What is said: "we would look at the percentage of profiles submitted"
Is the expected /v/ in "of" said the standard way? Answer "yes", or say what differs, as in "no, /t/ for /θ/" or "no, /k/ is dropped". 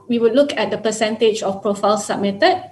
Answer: no, /f/ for /v/